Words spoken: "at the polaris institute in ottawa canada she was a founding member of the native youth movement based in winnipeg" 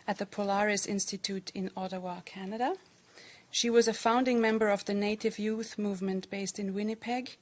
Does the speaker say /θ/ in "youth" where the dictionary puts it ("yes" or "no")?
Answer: yes